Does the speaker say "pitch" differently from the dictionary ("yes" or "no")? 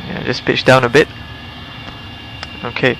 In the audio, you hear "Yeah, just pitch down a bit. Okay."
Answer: no